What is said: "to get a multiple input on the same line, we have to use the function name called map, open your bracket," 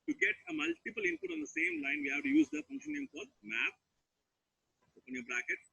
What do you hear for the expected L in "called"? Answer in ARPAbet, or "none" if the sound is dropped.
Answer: none